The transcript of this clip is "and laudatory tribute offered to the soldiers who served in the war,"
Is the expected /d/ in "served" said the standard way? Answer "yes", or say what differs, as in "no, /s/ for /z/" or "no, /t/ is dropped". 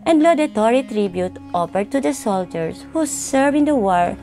no, /d/ is dropped